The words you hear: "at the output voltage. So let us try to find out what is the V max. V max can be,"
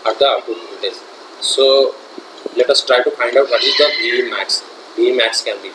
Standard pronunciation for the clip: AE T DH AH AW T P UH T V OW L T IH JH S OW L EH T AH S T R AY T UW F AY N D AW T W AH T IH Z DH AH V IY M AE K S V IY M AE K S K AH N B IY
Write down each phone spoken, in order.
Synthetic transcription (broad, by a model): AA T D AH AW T UW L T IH Z S OW L EH T AH S T R AY T UW F AY N D AW T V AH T IH Z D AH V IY M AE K S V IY M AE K S K AH N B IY